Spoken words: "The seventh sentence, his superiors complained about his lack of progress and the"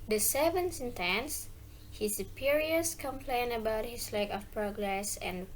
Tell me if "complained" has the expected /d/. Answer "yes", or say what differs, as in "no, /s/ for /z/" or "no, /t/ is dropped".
no, /d/ is dropped